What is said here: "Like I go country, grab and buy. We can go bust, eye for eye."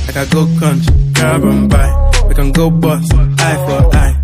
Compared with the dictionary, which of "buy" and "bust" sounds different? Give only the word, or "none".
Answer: bust